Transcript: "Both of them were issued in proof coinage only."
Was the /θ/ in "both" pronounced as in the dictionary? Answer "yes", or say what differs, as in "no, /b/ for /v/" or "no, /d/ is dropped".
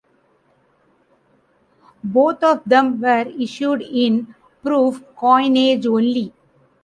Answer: no, /t/ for /θ/